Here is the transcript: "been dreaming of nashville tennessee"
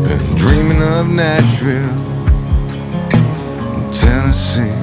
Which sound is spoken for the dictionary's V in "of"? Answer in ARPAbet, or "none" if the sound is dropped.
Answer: V